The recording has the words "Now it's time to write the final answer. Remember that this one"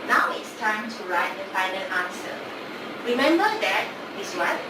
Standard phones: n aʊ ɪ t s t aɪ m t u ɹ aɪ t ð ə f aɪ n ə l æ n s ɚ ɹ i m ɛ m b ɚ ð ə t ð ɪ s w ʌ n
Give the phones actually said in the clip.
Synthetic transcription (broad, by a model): n aʊ ɪ t s t aɪ m t u ɹ aɪ t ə p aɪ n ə n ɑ n s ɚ ɹ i m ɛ m b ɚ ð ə t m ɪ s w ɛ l